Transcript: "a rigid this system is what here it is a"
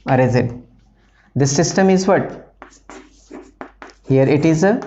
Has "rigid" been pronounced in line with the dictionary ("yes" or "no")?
no